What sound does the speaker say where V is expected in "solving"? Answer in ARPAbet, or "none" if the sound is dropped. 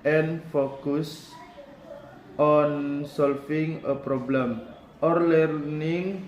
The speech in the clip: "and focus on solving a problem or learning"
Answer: F